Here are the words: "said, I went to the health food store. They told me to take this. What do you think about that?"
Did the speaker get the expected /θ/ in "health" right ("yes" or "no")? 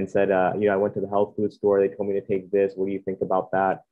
yes